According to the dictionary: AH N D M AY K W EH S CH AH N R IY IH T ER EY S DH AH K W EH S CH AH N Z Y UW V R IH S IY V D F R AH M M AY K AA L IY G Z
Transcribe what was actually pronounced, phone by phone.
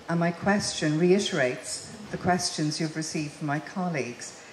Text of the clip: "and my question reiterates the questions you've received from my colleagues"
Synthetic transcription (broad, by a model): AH N M AY K W EH S CH AH N R IY IH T ER EY S DH AH K W EH S CH AH N Z Y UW V R IH S IY V D F R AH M M AY K AA L IY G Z